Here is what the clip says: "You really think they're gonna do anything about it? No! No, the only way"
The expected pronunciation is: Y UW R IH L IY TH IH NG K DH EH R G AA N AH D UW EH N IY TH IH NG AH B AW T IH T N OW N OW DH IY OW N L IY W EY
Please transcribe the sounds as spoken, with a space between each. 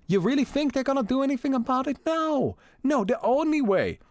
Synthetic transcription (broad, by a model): Y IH R IH L IY TH IH NG K DH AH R G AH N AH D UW EH N IY TH IH NG AH B AW T IH T N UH N OW DH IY OW N L IY W EY